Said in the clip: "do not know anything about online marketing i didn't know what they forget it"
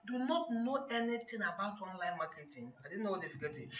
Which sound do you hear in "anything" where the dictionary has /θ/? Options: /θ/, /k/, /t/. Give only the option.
/t/